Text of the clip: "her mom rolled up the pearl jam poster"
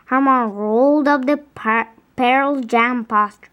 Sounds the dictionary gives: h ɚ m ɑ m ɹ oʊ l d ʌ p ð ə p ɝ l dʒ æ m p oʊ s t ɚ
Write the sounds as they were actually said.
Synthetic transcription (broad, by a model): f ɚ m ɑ ɹ oʊ l d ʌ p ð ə p ɝ l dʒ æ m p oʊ s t